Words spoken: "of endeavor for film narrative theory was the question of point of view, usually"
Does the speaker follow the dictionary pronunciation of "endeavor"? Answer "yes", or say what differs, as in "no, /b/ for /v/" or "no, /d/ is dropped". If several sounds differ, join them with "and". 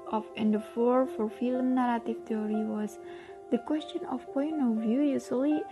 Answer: no, /f/ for /v/